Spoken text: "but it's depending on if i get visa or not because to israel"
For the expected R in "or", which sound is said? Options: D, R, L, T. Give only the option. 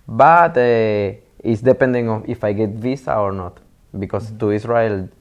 R